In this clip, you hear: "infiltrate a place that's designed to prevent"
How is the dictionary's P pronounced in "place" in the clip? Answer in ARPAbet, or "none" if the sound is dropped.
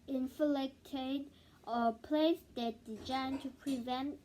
P